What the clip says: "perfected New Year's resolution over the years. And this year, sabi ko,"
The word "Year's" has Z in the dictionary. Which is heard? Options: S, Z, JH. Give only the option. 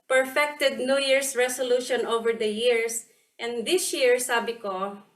S